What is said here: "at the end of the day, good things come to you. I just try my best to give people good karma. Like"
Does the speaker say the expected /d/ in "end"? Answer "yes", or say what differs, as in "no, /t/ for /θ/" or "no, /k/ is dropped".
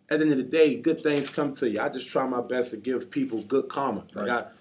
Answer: no, /d/ is dropped